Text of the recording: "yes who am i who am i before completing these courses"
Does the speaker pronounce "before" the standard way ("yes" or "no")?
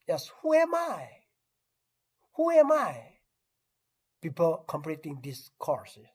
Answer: no